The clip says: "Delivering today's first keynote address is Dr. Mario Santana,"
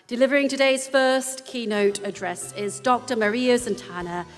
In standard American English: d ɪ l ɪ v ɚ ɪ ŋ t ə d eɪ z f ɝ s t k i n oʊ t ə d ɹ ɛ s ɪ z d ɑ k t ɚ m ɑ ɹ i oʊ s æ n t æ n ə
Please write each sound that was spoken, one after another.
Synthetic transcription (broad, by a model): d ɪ l ɪ v ɚ ɪ ŋ t ə d eɪ z f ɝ s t k i n oʊ t ə d ɹ ɛ s ɪ z d ɑ k t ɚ m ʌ ɹ i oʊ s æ n t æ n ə